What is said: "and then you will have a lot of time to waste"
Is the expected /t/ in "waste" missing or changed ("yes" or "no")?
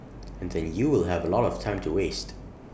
no